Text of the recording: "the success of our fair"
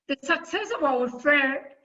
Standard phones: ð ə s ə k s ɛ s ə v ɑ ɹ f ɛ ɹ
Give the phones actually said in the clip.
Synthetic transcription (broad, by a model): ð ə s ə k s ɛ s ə w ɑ w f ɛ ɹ